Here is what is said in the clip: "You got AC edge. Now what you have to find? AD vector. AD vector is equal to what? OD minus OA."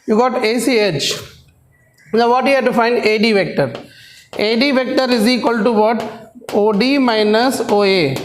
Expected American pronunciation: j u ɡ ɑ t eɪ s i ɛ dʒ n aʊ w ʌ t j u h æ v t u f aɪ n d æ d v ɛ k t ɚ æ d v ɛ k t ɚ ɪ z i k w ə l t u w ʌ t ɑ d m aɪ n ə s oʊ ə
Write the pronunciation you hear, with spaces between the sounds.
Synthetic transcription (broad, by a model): j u ɡ ɑ t eɪ s i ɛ tʃ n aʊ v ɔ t j u h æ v t u f aɪ n d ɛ d v ɛ k t ɚ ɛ d v ɛ k t ɚ ɪ z i k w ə l t u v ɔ t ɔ d m aɪ n ə s oʊ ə